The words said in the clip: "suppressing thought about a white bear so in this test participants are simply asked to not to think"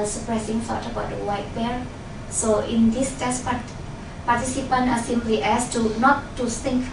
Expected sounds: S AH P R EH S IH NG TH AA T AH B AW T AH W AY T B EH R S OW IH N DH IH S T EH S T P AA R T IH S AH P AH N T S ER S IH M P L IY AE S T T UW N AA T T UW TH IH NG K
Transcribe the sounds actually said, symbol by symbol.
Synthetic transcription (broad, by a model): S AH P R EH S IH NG F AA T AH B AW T AH W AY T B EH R S OW IH N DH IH S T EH S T P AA R T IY S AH P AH N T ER S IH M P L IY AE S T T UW N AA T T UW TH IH NG K